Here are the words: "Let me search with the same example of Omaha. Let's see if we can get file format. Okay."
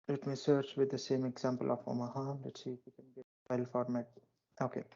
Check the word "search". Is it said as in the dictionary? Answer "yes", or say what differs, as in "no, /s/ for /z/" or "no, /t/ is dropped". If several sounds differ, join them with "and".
yes